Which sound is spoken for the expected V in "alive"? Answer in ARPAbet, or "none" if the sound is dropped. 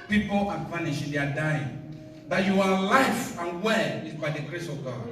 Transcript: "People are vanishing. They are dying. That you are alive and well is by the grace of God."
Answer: F